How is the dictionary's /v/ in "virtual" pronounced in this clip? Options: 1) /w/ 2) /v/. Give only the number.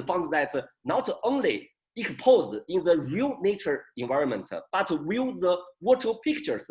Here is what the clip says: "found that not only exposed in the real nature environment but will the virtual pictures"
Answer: 1